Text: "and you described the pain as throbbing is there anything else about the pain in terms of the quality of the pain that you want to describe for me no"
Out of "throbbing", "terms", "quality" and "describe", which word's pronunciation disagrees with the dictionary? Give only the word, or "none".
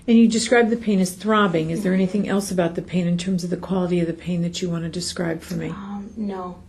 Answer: none